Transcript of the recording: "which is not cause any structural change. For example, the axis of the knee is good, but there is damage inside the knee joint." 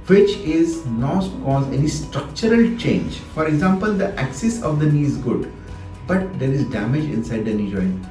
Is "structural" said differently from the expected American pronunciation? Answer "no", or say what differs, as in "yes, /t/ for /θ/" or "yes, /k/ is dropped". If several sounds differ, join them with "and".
no